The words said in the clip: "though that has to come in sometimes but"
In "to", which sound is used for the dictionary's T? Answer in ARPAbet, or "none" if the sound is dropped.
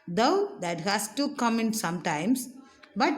T